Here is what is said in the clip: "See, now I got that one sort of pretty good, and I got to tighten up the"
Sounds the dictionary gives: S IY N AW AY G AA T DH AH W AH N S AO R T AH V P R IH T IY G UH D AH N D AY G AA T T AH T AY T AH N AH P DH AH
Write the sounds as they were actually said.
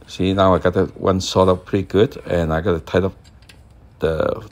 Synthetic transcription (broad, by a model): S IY N AW AY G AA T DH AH W AH N S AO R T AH P P R IH T IY G UH D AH N AY G AA T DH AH T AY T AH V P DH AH